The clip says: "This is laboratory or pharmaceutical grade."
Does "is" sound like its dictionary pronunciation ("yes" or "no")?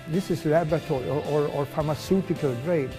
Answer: no